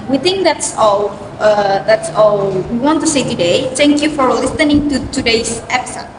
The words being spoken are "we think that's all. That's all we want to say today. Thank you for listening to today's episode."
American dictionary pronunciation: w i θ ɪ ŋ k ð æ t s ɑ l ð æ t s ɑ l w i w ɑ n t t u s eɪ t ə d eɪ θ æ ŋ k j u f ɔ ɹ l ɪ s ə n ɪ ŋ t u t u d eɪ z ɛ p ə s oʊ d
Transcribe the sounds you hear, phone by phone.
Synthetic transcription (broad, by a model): w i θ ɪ ŋ k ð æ t s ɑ l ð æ t s ɑ l w i w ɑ n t t u s eɪ t ə d eɪ t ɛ ŋ k j u f ɔ ɹ l ɪ s ə n ɪ ŋ t u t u d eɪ s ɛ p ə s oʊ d